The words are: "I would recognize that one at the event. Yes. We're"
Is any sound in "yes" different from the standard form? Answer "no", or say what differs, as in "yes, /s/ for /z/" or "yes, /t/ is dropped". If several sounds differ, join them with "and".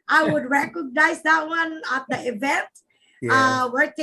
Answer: yes, /s/ is dropped